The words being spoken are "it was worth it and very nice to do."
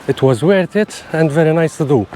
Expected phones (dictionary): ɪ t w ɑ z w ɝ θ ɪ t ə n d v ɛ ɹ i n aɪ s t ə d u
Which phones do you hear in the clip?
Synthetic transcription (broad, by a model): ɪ t w ɑ z w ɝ t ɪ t ə n d v ɛ ɹ i n aɪ s t ə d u